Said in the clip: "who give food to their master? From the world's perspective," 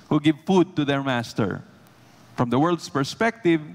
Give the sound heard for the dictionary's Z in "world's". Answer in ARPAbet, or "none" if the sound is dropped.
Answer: S